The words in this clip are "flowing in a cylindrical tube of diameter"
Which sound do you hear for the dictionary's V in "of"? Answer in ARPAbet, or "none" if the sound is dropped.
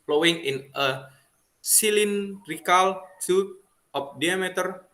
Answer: P